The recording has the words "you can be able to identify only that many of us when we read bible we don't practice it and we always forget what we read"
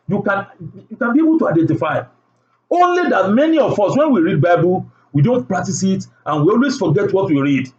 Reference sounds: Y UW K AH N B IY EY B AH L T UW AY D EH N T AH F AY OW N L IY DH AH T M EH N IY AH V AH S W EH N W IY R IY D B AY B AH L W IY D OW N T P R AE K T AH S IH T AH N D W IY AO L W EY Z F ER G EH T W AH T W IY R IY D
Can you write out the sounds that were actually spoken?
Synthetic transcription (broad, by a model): Y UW K AH N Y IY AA B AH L T UW AY D EH N T AH F AY OW N L IY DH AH T M EH N IY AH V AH S W EH N W IY R IY D B AY B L W IY D OW N T P R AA K T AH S IH T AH N W IY AO L W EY S F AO G EH T W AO T W IY R IY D